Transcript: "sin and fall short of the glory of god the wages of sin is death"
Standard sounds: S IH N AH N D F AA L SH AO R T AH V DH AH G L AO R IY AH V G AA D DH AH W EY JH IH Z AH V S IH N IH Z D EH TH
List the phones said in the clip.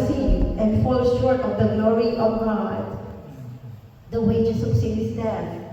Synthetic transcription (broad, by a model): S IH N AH N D F AA L SH AO R T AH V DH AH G L AO R IY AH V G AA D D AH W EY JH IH S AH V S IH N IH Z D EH